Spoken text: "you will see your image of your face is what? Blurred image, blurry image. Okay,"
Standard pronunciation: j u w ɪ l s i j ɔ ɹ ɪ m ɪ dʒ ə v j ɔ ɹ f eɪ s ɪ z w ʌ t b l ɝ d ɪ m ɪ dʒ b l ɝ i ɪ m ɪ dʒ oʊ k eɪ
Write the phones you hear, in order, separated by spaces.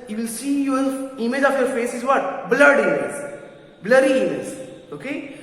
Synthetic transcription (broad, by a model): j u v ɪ l s i j ɔ ɹ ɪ m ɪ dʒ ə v j ɔ ɹ f eɪ s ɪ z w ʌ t b l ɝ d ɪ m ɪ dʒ b l ɝ i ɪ m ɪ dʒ oʊ k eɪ